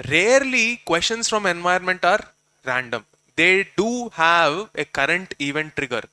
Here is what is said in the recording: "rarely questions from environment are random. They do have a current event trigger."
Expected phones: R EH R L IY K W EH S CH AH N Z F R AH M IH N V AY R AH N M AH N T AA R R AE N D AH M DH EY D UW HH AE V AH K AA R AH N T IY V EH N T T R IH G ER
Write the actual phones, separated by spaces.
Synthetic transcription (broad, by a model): R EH R L IY K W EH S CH AH N S F R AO M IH N V AY AH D M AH N T AA R R AE N D AH M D EY D UW HH AE V AH K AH R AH N T IY V EH N T T R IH G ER